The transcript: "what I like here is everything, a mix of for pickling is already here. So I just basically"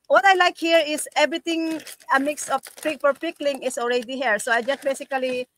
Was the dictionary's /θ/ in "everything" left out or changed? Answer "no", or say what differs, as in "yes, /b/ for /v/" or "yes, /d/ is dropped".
yes, /t/ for /θ/